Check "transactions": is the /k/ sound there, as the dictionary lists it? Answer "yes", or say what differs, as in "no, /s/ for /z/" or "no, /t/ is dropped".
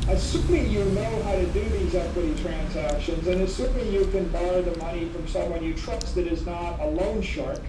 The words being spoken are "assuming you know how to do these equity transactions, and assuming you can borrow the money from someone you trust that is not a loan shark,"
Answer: yes